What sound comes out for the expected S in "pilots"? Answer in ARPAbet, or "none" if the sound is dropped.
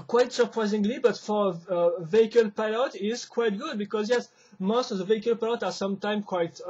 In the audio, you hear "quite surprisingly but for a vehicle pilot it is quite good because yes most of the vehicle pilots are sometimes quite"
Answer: none